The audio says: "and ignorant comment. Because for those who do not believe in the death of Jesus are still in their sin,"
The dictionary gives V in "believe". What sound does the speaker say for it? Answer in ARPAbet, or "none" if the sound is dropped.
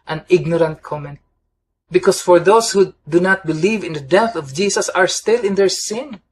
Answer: V